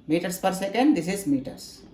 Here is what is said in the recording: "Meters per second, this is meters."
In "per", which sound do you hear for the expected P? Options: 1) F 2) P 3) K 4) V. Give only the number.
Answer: 2